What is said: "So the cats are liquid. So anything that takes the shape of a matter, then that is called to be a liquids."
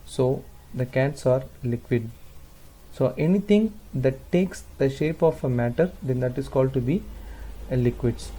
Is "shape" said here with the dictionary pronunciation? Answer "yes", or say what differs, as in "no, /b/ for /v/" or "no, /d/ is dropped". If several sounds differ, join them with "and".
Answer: yes